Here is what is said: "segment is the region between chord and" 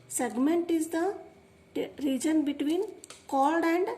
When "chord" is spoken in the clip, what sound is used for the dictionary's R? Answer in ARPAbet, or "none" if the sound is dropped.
L